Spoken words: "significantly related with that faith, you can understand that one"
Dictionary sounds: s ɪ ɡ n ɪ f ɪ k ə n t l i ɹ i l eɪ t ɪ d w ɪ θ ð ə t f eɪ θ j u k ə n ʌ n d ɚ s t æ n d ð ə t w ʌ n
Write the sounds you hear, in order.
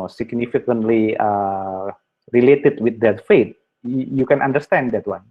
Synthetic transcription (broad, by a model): s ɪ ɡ n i f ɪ k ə n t l i ɹ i l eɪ t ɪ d w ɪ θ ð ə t f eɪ t j u k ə n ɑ n d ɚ s t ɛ n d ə t w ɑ n